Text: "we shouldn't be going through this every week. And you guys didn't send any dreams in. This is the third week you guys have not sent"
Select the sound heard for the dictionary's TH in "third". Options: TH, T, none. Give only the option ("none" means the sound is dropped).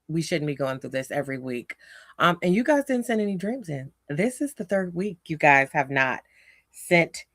TH